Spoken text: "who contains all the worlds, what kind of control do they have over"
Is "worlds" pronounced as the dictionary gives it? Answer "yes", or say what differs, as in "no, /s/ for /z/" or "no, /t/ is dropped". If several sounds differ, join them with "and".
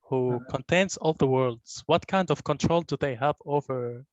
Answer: yes